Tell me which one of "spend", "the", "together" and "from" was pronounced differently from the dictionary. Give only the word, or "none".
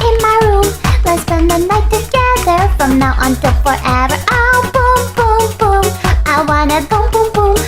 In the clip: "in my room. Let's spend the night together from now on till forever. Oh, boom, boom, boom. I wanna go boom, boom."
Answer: spend